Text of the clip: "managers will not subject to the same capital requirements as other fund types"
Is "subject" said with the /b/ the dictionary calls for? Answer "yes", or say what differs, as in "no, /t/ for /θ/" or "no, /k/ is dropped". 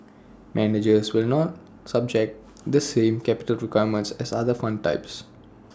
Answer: yes